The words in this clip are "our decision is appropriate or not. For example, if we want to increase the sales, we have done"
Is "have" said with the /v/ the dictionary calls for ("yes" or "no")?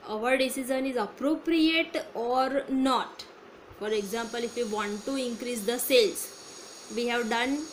yes